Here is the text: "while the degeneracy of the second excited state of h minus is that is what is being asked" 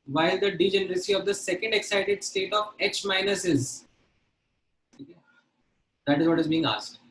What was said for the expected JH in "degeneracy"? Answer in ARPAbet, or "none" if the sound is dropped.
JH